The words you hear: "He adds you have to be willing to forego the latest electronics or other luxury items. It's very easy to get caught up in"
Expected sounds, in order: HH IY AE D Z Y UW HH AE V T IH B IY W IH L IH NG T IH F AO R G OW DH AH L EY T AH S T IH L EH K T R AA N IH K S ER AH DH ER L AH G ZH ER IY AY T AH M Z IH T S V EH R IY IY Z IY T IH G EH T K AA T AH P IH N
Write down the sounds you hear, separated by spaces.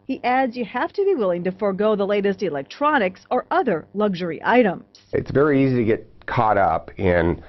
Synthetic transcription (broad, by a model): HH IY AE D Z Y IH HH AE F T IH B IY W IH L IH NG T IH F AO R G OW DH AH L EY T AH S T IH L EH K T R AA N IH K S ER AH DH ER L AH G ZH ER IY AY T AH M Z IH T S V EH R IY IY Z IY T IH G EH T K AA T AH P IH N